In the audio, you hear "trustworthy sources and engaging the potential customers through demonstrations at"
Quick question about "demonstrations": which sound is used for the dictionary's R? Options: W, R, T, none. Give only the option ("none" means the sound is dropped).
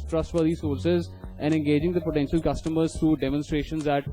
R